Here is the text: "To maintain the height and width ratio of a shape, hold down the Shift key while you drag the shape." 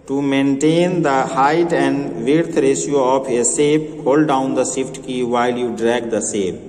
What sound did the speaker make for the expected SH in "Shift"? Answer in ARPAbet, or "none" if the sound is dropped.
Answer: S